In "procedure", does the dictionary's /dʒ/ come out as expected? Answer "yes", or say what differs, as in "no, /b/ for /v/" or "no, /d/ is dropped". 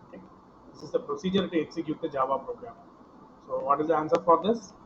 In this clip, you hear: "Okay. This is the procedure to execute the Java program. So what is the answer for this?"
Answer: yes